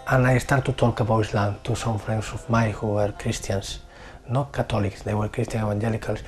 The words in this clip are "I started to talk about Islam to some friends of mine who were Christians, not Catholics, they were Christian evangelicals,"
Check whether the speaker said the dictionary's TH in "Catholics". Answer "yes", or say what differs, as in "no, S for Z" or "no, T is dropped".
no, T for TH